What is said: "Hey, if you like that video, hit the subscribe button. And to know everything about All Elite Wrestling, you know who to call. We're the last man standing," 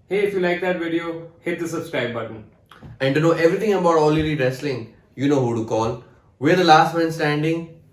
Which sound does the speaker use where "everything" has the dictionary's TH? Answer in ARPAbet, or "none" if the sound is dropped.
T